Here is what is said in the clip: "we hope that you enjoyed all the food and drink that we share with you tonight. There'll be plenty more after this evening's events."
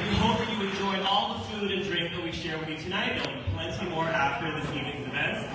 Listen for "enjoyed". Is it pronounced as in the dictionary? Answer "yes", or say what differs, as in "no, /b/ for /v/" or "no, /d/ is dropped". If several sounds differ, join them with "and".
no, /d/ is dropped